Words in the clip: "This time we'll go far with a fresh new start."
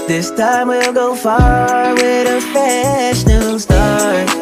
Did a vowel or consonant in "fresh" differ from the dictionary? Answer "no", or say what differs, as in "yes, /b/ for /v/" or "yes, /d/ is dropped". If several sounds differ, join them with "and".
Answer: yes, /ɹ/ is dropped